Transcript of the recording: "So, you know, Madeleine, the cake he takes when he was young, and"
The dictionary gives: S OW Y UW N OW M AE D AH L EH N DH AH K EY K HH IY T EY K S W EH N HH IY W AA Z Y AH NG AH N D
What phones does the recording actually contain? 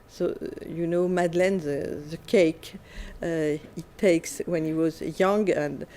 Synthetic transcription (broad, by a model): S OW Y UW N OW M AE D L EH N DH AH K EY K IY T EY K S W EH N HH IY W AA Z Y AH NG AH N D